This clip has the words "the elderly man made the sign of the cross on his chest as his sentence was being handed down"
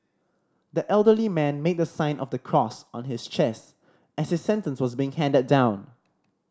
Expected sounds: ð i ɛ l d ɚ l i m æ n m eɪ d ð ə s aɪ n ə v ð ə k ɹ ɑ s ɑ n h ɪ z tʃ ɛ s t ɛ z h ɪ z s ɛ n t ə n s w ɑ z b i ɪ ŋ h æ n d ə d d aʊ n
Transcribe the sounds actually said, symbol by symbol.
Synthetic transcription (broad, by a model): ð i ɛ l d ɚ l i m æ n m eɪ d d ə s aɪ n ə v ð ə k ɹ ɑ s ɑ n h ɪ s tʃ ɛ s t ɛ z h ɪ s ɛ n t ə n s w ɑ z b i ɪ ŋ h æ n d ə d d aʊ n